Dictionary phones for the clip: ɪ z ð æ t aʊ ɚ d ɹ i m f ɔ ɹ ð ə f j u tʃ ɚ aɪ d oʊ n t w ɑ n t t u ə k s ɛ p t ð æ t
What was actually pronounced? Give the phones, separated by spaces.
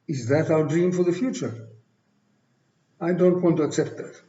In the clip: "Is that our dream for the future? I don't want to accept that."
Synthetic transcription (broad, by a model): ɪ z ð æ t aʊ ɚ d ɹ i m f ɔ ɹ ð ə f j u tʃ ɚ aɪ d oʊ n t w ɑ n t t u ə k s ɛ p t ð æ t